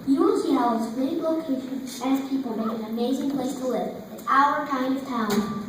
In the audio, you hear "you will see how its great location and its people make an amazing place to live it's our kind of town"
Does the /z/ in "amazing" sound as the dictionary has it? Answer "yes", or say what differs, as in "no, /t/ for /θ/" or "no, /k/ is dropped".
yes